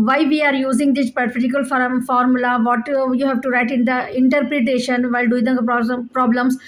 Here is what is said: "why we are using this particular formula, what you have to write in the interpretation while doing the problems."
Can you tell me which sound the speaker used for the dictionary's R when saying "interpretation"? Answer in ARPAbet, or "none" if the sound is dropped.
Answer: R